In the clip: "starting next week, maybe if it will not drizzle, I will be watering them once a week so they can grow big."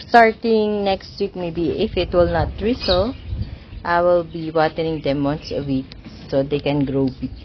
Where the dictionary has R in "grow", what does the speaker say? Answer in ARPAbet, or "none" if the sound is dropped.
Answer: R